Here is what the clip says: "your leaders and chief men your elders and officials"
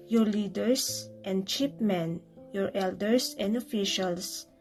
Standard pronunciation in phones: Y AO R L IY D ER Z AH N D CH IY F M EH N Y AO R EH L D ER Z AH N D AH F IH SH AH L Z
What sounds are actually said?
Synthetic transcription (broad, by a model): Y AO R L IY D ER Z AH N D CH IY P M EH N Y AO R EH L D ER S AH N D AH F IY SH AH L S